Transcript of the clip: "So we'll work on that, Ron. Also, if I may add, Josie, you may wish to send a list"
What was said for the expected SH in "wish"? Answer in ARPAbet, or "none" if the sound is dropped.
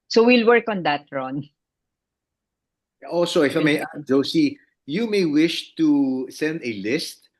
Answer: SH